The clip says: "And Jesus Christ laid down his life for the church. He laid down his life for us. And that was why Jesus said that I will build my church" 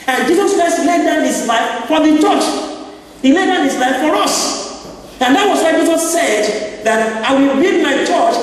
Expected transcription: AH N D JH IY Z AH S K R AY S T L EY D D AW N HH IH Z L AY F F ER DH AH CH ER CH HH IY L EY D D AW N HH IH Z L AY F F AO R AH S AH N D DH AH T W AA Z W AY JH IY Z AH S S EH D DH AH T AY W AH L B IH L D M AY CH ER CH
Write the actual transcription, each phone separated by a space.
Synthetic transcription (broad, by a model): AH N JH IY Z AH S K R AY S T L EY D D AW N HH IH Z L AY F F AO DH AH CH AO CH HH IY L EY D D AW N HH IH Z L AY F F AO R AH S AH N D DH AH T W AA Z W AY JH IY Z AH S S EH D DH AH T AY W AH L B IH D M AY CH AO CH